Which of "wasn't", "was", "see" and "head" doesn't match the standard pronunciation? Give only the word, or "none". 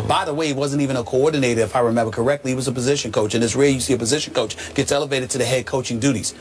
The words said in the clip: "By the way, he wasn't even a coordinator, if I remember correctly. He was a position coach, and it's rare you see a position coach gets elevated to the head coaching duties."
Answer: none